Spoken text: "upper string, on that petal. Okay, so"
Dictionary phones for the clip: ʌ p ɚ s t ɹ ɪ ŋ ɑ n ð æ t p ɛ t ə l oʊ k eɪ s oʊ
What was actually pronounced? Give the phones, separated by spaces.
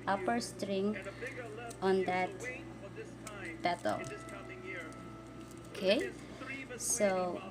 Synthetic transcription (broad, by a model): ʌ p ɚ s t ɹ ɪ ŋ ɑ n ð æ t b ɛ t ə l oʊ k eɪ s oʊ